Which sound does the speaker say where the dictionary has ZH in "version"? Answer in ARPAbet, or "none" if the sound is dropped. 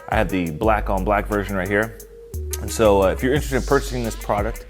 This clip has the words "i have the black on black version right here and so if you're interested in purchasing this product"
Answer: ZH